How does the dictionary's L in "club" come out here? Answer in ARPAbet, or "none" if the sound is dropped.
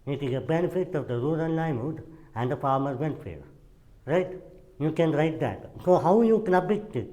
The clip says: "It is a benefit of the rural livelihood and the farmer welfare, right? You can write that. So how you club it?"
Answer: N